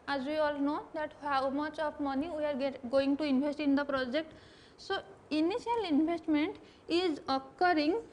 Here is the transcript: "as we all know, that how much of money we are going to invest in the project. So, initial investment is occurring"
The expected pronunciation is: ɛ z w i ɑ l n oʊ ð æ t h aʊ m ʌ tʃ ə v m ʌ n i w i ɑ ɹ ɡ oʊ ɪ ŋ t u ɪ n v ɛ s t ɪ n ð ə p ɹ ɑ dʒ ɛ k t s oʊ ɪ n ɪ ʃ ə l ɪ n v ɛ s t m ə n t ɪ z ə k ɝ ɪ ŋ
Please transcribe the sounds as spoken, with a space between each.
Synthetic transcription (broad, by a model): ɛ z w i ɑ l n oʊ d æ t h aʊ m ʌ tʃ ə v m ʌ n i w i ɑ ɹ ɡ oʊ ɪ ŋ t u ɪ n b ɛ s t ɪ n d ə p ɹ ɑ dʒ ɛ k t s oʊ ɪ n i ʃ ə l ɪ n b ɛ s t m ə n t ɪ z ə k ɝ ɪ ŋ